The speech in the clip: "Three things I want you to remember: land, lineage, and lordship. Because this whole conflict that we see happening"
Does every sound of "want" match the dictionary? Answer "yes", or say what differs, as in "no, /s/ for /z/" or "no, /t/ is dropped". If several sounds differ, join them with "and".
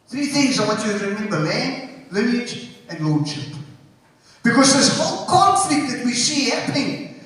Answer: no, /n/ is dropped